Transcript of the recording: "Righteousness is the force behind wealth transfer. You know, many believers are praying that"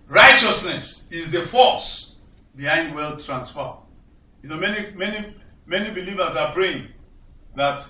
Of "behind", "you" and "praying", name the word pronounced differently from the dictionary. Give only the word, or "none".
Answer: praying